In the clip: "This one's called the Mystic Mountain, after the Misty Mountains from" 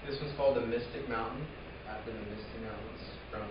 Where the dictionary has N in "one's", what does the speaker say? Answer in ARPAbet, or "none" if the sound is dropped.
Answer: none